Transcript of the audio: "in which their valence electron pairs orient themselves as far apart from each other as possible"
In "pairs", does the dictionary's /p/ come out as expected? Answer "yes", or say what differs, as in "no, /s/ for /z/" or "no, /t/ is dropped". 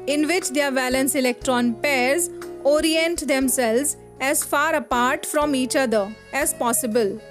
yes